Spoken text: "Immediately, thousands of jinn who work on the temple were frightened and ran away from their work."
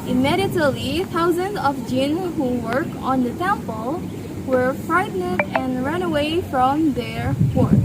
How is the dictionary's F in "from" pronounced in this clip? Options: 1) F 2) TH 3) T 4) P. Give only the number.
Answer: 1